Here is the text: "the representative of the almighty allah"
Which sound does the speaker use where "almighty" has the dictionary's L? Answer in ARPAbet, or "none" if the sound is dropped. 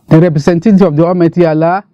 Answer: none